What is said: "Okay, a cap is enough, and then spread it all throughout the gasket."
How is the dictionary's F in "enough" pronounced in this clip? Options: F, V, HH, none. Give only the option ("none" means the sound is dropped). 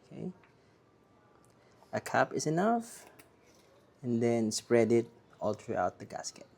F